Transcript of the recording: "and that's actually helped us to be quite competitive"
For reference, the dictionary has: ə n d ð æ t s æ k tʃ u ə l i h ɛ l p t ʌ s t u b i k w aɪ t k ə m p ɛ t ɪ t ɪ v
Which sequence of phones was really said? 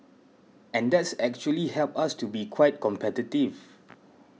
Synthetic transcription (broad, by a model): ə n d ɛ t s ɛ k tʃ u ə l i h ɛ l p ɑ s t u b i k w aɪ t k ə m p ɛ t ɪ t ɪ v